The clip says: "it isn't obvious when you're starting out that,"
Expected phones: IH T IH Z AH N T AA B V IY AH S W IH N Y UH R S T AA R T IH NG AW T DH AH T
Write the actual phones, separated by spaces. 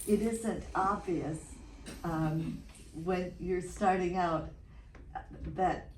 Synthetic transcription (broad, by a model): IH T IH Z AH N T AA B V IY AH S W IH N Y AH R S T AA R T IH NG AW T DH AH T